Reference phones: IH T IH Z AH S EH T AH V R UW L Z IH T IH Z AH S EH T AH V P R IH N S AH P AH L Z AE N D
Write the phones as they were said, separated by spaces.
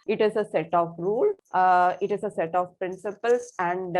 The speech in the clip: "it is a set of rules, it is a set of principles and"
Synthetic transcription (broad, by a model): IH T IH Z AH S EH T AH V R UW L IH T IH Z AH S EH T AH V P R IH N S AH P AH L S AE N D